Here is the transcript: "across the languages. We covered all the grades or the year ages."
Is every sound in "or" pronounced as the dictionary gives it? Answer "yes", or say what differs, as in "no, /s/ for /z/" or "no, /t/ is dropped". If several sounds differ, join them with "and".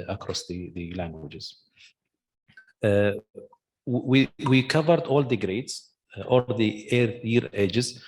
no, /l/ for /ɹ/